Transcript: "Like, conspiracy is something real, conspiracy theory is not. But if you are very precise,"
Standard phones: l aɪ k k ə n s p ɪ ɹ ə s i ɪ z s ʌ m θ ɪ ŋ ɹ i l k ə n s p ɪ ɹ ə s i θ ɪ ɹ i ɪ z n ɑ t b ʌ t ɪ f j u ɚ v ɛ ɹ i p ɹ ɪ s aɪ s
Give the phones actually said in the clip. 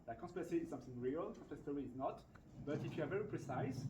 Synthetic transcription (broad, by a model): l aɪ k k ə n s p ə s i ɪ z s ʌ m θ ɪ ŋ ɹ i l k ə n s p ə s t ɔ ɹ i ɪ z n ɑ t b ʌ t ɪ f j u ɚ v ɛ ɹ i p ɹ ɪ s aɪ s